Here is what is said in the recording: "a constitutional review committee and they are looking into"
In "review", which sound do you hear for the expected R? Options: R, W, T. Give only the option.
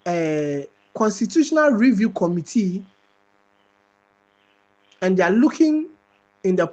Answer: R